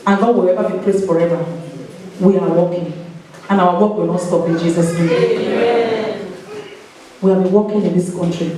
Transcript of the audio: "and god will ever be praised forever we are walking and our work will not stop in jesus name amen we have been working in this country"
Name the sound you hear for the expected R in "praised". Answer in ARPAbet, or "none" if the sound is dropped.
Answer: L